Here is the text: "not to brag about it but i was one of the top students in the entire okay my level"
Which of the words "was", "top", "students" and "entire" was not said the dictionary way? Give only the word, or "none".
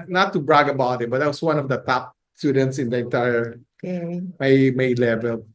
was